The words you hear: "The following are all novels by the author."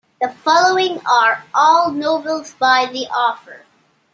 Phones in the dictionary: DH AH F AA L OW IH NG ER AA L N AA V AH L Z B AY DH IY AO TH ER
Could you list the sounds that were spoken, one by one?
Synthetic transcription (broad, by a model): DH AH F AA L OW IH NG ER AA L N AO AH L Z B AY DH IY AO F ER